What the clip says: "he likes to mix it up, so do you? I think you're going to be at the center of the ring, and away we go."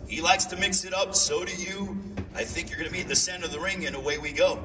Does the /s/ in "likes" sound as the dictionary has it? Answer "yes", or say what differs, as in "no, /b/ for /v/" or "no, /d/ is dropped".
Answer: yes